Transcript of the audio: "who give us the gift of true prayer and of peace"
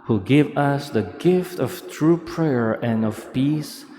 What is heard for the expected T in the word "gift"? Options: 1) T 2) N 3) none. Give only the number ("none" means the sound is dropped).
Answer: 1